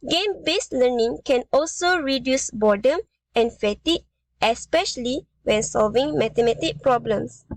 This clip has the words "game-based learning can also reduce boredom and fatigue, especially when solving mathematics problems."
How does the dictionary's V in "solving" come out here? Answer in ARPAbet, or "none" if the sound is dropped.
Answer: V